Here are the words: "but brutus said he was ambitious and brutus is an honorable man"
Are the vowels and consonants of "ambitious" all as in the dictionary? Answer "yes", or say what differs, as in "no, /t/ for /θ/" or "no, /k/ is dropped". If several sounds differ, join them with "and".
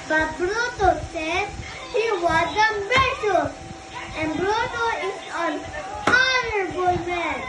no, /b/ is dropped